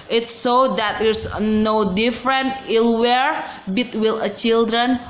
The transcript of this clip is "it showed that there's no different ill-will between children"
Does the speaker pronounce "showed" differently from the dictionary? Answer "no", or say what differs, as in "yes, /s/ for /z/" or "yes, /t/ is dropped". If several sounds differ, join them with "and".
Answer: yes, /s/ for /ʃ/